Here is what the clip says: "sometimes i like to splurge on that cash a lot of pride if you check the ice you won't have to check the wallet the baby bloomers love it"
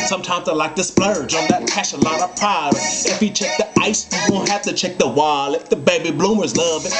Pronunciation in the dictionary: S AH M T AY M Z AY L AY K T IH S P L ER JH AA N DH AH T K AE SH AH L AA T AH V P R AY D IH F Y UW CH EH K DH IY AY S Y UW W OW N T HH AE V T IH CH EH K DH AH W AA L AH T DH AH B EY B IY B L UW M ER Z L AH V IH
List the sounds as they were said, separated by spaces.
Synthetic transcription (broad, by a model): S AH M T AY M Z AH L AY K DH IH S P L ER JH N DH AH T K AE SH AH L AA T AH V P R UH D IH F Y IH CH EH K DH IY AY S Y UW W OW N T HH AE F T IH CH EH K DH AH W AA L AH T DH AH B EY B IY B L UW M ER Z L AH V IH